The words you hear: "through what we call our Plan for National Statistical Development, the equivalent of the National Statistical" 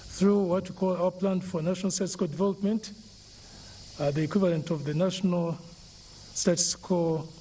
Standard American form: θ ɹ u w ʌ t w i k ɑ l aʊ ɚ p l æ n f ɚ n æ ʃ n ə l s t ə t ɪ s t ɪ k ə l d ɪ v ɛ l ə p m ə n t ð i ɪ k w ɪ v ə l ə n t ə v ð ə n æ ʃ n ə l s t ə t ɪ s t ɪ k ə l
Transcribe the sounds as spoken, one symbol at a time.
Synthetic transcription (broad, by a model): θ ɹ u w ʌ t w i k ɑ l aʊ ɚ p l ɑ n f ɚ n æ ʃ n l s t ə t s k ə d ɪ v ɛ l ə p m ə n t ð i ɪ k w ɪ v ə l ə n t ə v ð ə n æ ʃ n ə l s t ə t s k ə